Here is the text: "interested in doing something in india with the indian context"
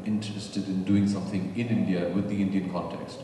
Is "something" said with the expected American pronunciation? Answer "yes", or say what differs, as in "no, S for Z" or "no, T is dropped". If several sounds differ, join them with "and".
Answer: yes